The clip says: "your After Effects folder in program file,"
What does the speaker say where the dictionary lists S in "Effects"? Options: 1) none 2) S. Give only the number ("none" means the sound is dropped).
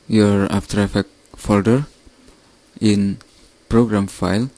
1